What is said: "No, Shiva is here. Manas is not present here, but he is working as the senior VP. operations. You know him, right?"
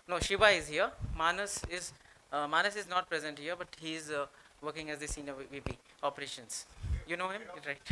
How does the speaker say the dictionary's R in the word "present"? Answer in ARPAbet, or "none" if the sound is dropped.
R